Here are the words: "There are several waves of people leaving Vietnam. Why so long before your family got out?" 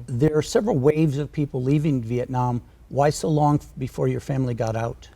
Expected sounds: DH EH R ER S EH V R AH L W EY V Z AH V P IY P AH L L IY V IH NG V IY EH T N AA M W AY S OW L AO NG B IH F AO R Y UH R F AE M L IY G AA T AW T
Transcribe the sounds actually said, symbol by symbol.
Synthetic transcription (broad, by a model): DH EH R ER S EH V R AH L W EY V Z AH V P IY P L L IY V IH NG V IY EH T N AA M W AY S OW L AO NG B IH F AO R Y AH R F AE M L IY G AA T AW T